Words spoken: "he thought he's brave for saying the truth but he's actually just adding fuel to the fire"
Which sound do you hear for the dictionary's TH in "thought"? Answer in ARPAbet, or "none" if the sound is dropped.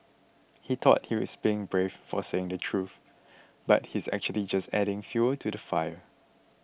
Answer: T